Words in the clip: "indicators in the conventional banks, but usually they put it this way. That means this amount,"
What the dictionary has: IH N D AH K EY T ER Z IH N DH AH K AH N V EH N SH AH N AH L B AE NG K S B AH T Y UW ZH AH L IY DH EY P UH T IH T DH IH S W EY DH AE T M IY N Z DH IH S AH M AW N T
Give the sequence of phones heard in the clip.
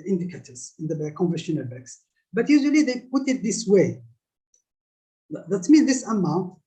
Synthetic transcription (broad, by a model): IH N D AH K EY T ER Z IH N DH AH K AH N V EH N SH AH N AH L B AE K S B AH T Y UW ZH AH L IY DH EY P UH T IH T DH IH S W EY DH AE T M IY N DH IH S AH M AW N T